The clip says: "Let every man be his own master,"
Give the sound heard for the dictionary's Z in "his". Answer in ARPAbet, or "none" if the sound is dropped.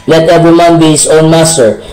S